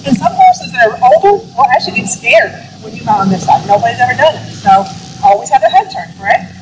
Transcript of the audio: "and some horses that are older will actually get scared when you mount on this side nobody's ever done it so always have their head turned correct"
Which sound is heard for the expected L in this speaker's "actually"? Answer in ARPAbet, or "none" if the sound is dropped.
none